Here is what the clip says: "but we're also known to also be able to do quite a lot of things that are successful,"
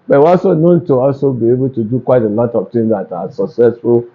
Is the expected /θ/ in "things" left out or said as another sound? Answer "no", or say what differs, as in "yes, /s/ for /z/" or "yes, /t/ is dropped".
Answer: yes, /t/ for /θ/